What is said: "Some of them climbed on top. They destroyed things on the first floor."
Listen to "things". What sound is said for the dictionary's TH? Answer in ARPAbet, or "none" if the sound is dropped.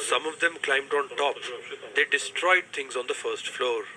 T